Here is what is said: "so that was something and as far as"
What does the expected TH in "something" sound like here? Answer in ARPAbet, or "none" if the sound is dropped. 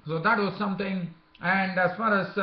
T